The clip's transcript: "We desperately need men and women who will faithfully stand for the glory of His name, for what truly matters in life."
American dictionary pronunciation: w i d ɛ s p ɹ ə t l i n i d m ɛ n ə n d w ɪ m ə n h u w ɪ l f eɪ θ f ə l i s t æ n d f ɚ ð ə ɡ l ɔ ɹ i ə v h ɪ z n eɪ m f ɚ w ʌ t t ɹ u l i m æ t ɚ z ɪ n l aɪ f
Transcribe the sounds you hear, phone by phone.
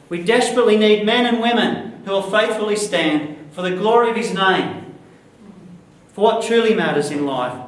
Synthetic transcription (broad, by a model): w i d ɛ s p ɹ ə t l i n i d m ɛ n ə n w ɪ m ə n h u w ɪ l f eɪ θ f l i s t æ n d f ɚ ð ə ɡ l ɔ ɹ i ə v ɪ z n eɪ m f ɚ w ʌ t t ɹ u l i m æ t ɚ z ɪ n l aɪ f